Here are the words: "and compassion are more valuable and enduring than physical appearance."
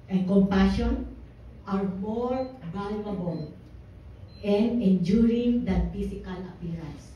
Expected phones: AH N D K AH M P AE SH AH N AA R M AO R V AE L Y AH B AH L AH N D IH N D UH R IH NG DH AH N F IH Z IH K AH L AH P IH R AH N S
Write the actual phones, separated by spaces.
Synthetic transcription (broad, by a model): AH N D K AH M P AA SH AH N AA R M AO R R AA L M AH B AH L AH N D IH N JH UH R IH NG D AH N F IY S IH K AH L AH P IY R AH N S